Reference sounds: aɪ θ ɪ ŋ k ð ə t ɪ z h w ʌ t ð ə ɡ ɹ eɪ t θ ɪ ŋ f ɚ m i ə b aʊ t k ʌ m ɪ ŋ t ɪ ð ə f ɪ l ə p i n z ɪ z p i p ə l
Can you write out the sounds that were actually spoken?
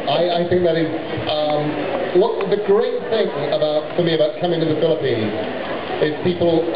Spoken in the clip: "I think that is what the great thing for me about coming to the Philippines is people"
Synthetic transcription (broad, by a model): aɪ θ ɪ ŋ k ð ə t ɪ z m w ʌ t ð ə ɡ ɹ eɪ t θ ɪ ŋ f ɚ m i ə b aʊ t k ʌ m ɪ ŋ t ɪ ð ə f ɪ l ə p i n z ɪ z p i p l